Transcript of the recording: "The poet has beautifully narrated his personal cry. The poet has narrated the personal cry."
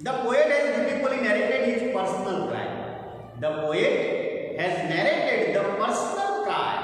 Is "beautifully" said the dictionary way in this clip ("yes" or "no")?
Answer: no